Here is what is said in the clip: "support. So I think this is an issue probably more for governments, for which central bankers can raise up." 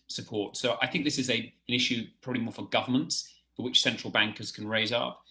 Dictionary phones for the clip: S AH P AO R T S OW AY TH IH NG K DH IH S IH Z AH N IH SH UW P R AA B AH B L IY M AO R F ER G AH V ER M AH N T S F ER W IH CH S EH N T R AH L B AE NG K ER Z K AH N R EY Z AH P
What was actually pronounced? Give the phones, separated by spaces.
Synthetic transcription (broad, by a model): S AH P AO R T S OW AY TH IH NG K DH IH S IH Z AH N IH SH UW P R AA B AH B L IY M AO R F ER G AH V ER M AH N T S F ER W IH CH S EH N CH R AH L B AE NG K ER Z K AH N R EY Z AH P